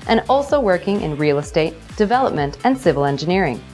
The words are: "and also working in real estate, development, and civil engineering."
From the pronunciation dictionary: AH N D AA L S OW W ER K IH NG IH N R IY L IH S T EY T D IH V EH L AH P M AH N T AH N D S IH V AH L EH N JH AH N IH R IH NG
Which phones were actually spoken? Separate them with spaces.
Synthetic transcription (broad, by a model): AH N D AA L S OW W ER K IH NG IH N R IY L IH S T EY T D IH V EH L AH P M AH N T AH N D S IH V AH L EH N JH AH N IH R IH NG